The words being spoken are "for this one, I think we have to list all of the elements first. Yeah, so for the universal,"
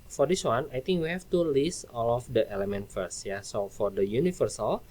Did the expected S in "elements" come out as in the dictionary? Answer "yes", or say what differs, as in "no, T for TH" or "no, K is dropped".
no, S is dropped